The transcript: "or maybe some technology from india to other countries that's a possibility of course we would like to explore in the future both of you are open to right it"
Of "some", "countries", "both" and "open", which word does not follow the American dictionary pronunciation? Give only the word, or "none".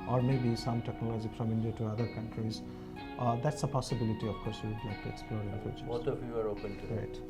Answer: both